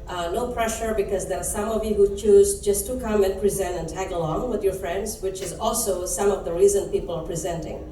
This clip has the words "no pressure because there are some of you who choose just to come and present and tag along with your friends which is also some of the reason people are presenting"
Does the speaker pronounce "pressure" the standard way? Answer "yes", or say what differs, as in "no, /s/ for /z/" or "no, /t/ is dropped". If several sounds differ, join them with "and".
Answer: yes